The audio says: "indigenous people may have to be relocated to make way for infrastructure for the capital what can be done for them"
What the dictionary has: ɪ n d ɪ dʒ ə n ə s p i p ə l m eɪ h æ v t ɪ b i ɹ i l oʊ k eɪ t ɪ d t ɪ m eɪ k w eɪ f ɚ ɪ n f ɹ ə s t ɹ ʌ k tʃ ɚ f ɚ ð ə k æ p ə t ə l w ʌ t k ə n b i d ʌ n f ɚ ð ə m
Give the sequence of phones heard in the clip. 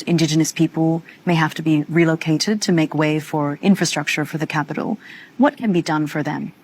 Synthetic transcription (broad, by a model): ɪ n d ɪ dʒ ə n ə s p i p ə l m eɪ h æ f t ɪ b i ɹ i l oʊ k eɪ t ɪ d t ɪ m eɪ k w eɪ f ɚ ɪ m f ɹ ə s t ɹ ʌ k tʃ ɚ f ɚ ð ə k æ p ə t l w ʌ t k ə n b i d ʌ n f ɚ ð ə m